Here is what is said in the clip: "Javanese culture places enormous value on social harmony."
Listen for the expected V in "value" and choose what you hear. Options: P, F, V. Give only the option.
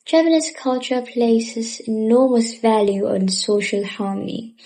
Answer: V